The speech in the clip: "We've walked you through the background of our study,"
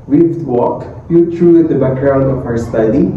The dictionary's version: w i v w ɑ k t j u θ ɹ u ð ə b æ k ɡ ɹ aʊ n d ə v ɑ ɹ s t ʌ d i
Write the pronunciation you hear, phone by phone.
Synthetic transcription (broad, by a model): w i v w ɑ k j u t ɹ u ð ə b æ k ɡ ɹ aʊ n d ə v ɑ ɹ s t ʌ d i